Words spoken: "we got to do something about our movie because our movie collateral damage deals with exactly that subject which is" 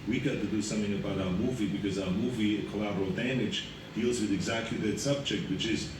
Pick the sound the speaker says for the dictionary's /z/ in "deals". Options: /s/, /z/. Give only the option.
/z/